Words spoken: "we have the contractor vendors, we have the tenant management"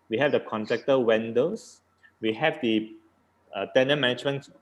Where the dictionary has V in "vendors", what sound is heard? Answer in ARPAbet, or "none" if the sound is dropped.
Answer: W